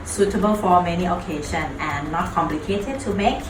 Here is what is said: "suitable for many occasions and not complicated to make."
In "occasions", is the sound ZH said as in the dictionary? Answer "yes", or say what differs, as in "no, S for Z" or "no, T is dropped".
no, SH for ZH